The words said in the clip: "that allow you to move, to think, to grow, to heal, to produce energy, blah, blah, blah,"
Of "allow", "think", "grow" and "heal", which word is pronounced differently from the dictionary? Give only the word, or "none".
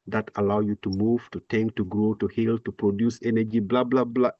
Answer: think